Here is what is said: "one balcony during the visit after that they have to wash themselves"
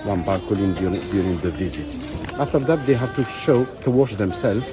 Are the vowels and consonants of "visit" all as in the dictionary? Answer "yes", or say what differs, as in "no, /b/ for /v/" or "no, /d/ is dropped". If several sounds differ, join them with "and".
yes